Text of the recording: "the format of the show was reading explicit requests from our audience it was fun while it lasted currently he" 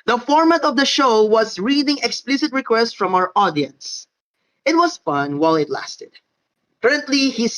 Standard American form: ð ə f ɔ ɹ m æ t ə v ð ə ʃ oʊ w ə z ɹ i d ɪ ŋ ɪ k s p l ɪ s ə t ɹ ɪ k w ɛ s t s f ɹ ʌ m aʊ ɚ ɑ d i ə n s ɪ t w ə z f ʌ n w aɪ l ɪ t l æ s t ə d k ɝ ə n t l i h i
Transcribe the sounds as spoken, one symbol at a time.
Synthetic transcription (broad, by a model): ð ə f ɔ ɹ m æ t ə v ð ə ʃ oʊ w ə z ɹ i d ɪ ŋ ɪ k s p l ɪ s ə t ɹ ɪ k w ɛ s t f ɹ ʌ m aʊ ɚ ɑ d i ə n s ɪ t w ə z f ʌ n w aɪ l ɪ t l æ s t ə d k ɝ ə n t l i h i